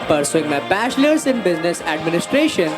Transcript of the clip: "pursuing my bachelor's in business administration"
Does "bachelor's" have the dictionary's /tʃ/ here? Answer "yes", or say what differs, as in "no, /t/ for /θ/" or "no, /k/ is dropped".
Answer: no, /ʃ/ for /tʃ/